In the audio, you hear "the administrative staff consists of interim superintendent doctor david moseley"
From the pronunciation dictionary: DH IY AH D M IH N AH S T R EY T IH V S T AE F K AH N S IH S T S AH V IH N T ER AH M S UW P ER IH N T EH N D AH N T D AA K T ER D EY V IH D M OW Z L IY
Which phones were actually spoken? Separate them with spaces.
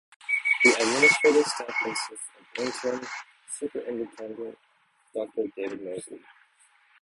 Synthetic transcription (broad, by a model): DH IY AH D M IH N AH S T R EY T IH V S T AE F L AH S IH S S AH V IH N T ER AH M S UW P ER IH N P EH N D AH N T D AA K T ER D EY V IH D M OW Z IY